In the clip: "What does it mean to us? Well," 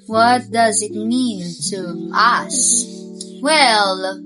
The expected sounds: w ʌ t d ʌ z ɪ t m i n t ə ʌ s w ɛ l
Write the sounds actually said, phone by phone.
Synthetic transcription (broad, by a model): w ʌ t d ʌ z ɪ t m i n t ə ʌ s w ɛ l